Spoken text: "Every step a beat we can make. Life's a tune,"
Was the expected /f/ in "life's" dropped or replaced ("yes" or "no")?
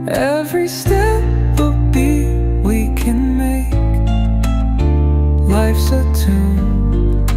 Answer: no